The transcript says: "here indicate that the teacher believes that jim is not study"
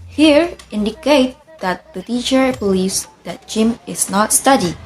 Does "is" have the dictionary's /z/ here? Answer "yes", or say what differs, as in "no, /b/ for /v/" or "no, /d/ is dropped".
no, /s/ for /z/